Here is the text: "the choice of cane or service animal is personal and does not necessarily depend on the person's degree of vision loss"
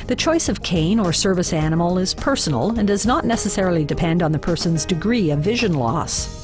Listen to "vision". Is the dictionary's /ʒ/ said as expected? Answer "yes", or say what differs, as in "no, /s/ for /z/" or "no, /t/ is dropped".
yes